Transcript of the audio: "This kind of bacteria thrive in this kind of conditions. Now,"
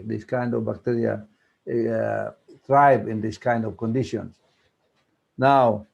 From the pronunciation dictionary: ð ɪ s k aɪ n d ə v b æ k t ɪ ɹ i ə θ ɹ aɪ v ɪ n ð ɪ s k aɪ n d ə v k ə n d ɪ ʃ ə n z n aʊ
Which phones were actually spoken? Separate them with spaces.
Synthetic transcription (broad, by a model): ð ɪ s k aɪ n d ə v b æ k t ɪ ɹ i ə t ɹ aɪ b ɪ n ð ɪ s k aɪ n d ə v k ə n d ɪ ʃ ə n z n aʊ